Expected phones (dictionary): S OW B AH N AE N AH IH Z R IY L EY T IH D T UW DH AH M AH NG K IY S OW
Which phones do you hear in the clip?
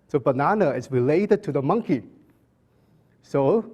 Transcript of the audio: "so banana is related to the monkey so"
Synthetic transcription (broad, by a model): S OW B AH N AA N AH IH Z R IY L EY T IH D T UW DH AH M AH NG K IY S OW